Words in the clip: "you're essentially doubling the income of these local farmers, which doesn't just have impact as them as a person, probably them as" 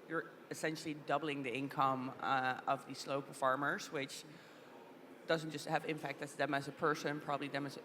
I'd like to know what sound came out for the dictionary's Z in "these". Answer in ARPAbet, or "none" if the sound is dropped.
S